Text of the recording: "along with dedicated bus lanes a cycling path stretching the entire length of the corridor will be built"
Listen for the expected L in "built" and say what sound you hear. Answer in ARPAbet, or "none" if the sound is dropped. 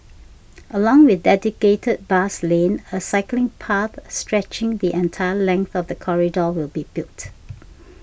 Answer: none